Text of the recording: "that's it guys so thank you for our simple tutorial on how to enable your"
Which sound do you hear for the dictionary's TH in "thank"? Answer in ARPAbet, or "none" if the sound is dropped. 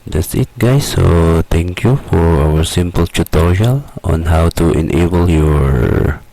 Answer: T